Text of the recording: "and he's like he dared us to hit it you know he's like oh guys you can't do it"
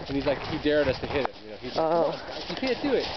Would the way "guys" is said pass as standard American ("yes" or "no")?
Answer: no